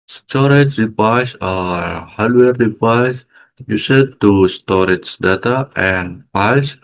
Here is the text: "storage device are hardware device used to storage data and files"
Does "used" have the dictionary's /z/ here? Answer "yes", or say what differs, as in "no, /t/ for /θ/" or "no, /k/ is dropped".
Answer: no, /s/ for /z/